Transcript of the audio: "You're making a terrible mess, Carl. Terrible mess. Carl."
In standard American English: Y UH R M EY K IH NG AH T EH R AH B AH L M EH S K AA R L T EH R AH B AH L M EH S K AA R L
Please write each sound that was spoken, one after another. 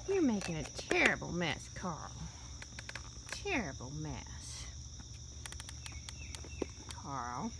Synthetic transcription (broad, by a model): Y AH R M EY K IH NG AH T EH R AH B L M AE S K AA R L T EH R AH B L M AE S K AA R L